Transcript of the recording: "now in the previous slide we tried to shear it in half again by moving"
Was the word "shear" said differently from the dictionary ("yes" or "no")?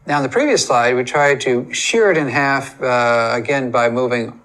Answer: no